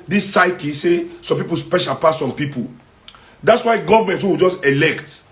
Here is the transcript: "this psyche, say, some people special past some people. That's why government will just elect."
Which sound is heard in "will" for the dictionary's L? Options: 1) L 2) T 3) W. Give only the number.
3